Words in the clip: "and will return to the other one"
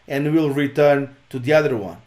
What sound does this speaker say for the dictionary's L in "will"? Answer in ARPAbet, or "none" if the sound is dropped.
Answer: L